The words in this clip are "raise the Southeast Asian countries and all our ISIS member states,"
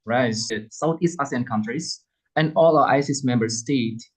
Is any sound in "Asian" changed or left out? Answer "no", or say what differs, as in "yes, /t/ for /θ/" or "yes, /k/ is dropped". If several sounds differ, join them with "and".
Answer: yes, /s/ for /ʒ/